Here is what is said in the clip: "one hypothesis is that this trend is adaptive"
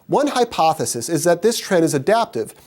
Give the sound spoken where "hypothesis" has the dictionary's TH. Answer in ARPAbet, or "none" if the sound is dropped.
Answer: TH